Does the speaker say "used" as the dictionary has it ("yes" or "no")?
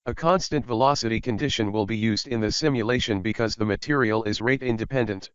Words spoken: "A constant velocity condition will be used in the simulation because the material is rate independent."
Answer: yes